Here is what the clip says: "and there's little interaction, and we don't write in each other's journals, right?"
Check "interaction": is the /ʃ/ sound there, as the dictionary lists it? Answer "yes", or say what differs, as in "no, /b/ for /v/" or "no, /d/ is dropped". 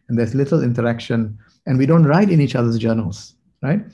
yes